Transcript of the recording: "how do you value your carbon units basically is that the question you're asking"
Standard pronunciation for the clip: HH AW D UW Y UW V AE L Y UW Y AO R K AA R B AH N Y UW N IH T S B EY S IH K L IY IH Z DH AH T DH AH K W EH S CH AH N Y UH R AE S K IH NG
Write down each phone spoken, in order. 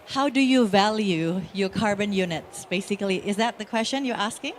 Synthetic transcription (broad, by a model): HH AW D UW Y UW V AE L Y UW Y AO R K AA R B AH N Y UW N IH T S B EY S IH K L IY IH Z DH AH T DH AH K W EH S CH AH N Y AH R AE S K IH NG